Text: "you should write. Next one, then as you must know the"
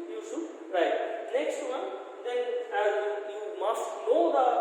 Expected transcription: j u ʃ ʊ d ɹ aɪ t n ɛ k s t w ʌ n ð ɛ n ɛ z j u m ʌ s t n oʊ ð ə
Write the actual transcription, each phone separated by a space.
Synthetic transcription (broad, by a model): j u s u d ɹ aɪ t n ɛ k s t w ʌ n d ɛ n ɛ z j u m ʌ s t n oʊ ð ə